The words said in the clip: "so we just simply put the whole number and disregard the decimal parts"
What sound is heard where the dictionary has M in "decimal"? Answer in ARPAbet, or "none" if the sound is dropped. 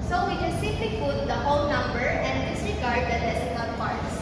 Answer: none